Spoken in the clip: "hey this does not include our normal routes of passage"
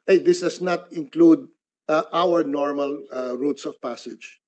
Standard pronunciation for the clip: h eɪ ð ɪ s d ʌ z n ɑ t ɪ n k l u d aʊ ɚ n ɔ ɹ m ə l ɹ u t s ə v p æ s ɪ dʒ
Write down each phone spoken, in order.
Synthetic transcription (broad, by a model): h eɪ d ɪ s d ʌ s n ɑ t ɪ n k l u d aʊ ɚ n ɔ ɹ m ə l ɹ u t s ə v p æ s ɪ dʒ